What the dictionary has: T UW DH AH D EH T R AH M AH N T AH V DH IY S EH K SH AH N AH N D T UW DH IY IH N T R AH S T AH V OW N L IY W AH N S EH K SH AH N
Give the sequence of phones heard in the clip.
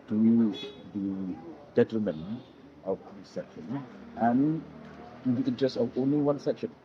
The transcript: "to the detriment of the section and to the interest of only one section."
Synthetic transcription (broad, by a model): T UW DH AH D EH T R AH M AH N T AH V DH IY S EH K SH AH N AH N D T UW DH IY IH N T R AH S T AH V OW N L IY W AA N S EH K SH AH N